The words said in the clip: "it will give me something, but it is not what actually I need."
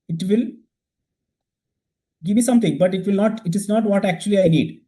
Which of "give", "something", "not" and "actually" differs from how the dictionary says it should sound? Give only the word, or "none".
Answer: something